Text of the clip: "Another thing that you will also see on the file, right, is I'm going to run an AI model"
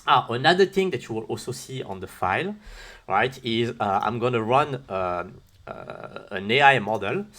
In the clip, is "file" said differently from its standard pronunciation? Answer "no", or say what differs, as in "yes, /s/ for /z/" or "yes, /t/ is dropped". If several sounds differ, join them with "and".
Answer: no